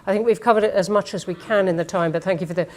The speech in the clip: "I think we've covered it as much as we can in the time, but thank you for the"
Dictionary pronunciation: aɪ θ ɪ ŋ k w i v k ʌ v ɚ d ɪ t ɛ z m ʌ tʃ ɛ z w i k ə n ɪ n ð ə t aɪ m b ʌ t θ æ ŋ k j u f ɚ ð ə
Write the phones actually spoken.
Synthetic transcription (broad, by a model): aɪ θ ɪ ŋ k w i v k ʌ v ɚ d ɪ t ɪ z m ʌ tʃ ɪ z w i k ə n ɪ n ð ə t aɪ m b ʌ t θ æ ŋ k j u f ɚ ð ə